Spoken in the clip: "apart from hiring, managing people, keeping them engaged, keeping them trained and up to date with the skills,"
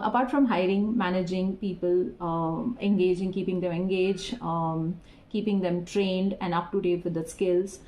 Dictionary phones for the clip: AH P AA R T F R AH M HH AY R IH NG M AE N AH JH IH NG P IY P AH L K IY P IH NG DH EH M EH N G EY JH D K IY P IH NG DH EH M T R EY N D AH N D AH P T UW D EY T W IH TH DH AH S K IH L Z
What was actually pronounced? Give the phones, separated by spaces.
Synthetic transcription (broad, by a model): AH P AA R T F R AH M HH AY R IH NG M AE N AH JH IH NG P IY P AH L K IY P IH NG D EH M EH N G EY JH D K IY P IH NG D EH M T R EY N D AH N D AH P T UW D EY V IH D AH S K IH L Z